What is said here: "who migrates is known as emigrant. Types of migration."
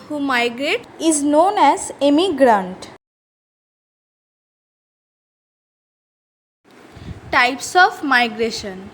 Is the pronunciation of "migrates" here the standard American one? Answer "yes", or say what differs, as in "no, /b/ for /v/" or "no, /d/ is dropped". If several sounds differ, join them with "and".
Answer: no, /s/ is dropped